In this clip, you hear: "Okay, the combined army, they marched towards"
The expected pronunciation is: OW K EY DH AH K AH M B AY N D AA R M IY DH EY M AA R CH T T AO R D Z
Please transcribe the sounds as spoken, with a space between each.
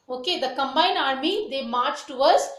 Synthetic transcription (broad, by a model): OW K EY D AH K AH M B AY N AA R M IY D EY M AA R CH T T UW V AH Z